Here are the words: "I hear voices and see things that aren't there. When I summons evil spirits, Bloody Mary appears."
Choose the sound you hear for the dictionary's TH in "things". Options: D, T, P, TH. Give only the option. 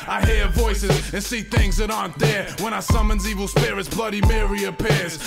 TH